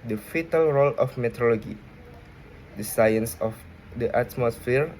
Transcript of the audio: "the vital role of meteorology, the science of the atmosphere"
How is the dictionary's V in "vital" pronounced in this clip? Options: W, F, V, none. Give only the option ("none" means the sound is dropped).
F